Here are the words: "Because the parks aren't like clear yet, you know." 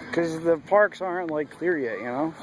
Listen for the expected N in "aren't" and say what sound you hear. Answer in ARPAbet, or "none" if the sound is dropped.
N